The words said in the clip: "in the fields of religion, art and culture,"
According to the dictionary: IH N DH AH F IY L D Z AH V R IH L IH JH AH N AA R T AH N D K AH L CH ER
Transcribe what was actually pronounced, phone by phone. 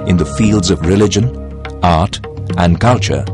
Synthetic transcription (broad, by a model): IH N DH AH F IY L D Z AH V R IH L IH JH AH N AA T T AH N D K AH L CH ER